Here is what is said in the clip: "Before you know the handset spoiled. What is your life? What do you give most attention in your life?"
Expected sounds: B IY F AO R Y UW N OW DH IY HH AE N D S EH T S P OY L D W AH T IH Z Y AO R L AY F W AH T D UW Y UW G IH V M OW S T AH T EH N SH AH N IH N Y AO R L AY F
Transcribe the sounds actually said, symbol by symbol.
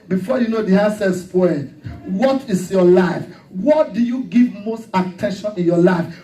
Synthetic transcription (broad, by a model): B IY F AO Y UW N OW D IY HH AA S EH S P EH D W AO T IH S Y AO L AY F W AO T D UW Y UW G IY V M OW S T AH T EH N SH AH N IH N Y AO L AY F